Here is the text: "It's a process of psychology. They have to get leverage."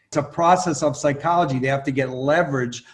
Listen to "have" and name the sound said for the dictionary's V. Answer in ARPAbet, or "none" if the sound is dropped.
F